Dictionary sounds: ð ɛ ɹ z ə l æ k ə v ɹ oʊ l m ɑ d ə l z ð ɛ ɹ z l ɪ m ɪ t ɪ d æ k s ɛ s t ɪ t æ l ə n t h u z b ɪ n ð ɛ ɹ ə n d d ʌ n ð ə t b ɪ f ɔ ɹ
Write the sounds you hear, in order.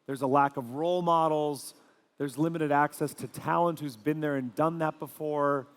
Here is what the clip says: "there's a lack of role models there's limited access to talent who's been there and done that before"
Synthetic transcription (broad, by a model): ð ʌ ɹ z ə l æ k ə v ɹ oʊ l m ɑ d l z ð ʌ ɹ z l ɪ m ɪ t ɪ d æ k s ɛ s t ɪ t æ l ə n t h u z b ɪ n ð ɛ ɹ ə n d d ʌ n ð ə t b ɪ f ɔ ɹ